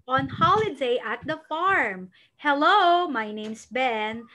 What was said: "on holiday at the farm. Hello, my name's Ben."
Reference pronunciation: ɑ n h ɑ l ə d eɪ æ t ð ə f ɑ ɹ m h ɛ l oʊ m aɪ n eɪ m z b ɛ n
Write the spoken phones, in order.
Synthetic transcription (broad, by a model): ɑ n h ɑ l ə d eɪ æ t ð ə f ɑ ɹ m h ɛ l oʊ m aɪ n eɪ m s b ɛ n